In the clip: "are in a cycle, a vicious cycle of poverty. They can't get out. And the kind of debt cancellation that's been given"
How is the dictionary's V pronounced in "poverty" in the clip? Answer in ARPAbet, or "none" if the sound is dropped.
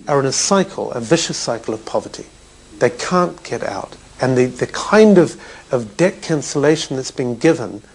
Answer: V